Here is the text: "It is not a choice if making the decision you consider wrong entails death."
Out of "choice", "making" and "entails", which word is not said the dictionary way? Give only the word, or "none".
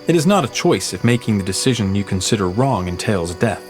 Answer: none